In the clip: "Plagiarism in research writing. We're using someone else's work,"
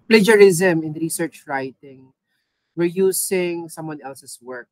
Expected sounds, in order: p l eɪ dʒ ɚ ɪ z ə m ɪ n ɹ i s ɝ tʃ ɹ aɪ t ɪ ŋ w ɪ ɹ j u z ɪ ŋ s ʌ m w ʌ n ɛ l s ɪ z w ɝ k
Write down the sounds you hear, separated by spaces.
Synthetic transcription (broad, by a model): p l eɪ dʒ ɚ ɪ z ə m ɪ n ɹ i s ɝ tʃ ɹ aɪ t ɪ ŋ w ɪ ɹ j u s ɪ ŋ s ʌ m w ʌ n ɛ l s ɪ s w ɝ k